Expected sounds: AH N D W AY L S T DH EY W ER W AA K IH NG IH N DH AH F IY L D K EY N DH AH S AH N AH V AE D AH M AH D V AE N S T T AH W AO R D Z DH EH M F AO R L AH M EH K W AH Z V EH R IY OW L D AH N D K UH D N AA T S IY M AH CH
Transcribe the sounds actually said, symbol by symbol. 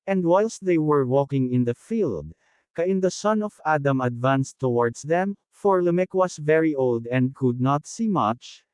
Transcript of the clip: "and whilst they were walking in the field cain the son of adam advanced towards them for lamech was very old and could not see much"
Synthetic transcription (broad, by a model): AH N D W AY L S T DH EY W ER W AA K IH NG IH N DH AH F IY L D K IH N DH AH S AH N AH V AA D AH M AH D V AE N S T T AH W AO R D S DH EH M F AO R L AH M EH K W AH S V EH R IY OW L D AH N D K UH D N AA T S IY M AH CH